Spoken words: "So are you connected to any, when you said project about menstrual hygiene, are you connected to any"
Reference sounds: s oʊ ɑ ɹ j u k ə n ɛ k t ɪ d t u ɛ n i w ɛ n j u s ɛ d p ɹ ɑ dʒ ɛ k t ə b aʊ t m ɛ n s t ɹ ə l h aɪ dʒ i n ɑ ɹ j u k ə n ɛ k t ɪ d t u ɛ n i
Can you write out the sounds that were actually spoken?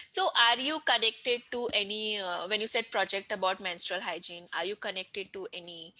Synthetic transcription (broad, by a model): s oʊ ɑ ɹ j u k ə n ɛ k t ɪ d t u ɛ n i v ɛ n j u s ɛ d p ɹ ɑ dʒ ɛ k t ə b aʊ t m ɛ n s t ɹ ə l h aɪ dʒ i n ɑ ɹ j u k ə n ɛ k t ɪ d t u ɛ n i